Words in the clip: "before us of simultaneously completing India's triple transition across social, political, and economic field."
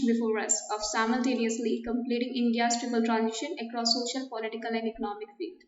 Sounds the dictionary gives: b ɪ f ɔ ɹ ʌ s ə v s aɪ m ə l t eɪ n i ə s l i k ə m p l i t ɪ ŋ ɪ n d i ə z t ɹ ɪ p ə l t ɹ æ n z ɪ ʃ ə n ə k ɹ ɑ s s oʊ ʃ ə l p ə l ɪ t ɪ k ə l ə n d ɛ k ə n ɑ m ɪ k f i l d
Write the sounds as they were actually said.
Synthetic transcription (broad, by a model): b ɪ f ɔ ɹ ʌ s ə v s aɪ m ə l t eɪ n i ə s l i k ə m p l i t ɪ ŋ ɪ n d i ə s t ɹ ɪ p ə l t ɹ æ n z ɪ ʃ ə n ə k ɹ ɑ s s oʊ ʃ ə l p ə l ɪ t ɪ k ə l ə n d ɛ k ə n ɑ m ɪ k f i l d